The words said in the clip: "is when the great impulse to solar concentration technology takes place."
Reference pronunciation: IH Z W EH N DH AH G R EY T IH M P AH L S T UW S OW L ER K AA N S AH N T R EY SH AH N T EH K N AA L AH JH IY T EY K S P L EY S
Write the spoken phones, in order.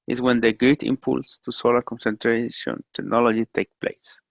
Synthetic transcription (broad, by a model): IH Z W EH N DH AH G R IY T IH M P AH L S T UW S OW L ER K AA N S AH N T R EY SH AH N T EH K N AA L AH JH IY T EY K P L EY S